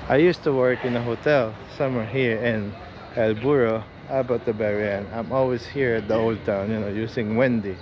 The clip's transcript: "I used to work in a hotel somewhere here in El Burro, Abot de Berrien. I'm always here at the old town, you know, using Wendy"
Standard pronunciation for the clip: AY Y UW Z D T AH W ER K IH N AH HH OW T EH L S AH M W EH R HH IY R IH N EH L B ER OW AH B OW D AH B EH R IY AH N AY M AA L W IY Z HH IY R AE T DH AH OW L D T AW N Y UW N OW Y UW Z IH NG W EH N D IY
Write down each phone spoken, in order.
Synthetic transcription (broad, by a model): AY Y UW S T AH W ER K IH N AH HH OW T EH L S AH M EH R HH IY R IH N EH L B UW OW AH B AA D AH B EH R IY AH N AY M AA L W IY S HH IY R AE T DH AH OW L D T AW N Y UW N OW Y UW S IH NG W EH N D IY